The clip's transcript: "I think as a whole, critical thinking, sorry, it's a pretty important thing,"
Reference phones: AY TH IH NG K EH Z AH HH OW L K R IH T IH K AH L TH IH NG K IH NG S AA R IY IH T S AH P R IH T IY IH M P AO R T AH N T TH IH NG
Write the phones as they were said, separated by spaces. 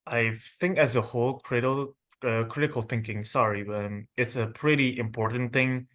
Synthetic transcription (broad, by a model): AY TH IH NG K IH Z AH HH OW L K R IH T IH K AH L TH IH NG K IH NG S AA R IY IH T S AH P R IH T IY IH M P AO R T N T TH IH NG